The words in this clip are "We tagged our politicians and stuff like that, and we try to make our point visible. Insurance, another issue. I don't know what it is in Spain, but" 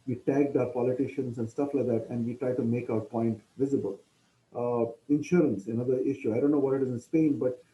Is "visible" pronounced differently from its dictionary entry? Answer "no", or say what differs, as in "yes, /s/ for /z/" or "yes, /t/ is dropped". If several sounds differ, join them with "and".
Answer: no